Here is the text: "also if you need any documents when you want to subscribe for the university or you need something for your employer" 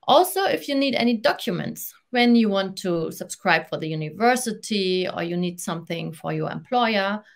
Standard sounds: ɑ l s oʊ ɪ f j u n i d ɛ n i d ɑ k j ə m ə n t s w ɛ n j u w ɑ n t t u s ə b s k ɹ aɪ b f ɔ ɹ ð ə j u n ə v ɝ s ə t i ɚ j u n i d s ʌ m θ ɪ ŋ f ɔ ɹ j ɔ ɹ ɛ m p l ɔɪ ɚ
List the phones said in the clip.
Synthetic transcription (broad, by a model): ɑ l s oʊ ɪ f j u n i d ɛ n i d ɑ k j ə m ə n t s w ɛ n j u w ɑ n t t u s ə b s k ɹ aɪ b f ɔ ɹ ð ə j u n ə v ɝ s ə t i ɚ j u n i d s ʌ m θ ɪ ŋ f ɔ ɹ j ɔ ɹ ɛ m p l ɔɪ ɚ